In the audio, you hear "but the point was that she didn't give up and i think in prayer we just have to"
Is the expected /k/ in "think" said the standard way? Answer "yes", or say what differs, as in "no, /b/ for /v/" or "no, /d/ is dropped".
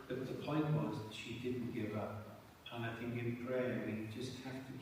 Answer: no, /k/ is dropped